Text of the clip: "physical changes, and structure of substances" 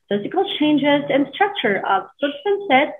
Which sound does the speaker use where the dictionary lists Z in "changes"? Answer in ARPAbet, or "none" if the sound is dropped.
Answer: Z